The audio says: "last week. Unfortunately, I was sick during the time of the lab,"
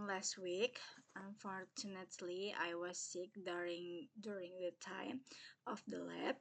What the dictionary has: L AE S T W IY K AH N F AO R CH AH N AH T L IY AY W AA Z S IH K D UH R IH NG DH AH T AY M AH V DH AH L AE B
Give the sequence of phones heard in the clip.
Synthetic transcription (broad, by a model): L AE S T W IY K AH N F AO R CH AH N AH T L IY AY W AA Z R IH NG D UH R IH NG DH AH T AY M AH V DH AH L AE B